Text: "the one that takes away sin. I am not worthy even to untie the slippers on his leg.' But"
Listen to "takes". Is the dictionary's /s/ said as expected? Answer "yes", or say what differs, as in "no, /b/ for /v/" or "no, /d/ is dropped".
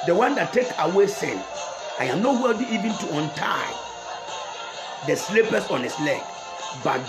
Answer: no, /s/ is dropped